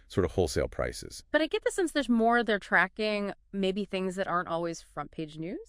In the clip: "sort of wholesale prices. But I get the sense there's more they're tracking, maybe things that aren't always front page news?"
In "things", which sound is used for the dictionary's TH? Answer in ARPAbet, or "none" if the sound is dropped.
TH